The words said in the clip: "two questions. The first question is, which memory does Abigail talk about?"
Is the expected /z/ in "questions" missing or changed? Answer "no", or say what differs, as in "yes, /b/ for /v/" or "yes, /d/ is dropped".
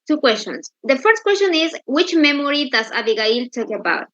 yes, /s/ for /z/